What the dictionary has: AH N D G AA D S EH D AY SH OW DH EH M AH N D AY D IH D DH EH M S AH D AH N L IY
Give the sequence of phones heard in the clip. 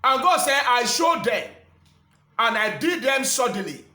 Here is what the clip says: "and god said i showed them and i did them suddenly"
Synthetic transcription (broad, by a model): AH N G AA D S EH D AY SH OW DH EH M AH N AY D IH D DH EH M S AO D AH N L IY